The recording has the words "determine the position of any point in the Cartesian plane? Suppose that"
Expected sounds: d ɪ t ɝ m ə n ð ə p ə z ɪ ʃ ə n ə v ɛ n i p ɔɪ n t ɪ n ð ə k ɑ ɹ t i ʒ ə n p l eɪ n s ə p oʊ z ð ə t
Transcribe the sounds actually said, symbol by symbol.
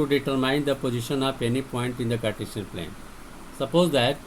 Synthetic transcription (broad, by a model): d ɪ t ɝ m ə n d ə p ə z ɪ ʃ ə n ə p ɛ n i p ɔɪ n t ɪ n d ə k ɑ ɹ t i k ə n p l eɪ n s ə p oʊ z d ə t